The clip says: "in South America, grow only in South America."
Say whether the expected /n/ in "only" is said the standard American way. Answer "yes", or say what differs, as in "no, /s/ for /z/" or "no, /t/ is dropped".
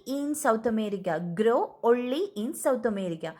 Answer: no, /n/ is dropped